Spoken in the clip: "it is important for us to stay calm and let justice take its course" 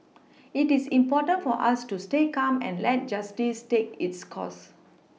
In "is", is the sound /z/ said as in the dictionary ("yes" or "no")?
no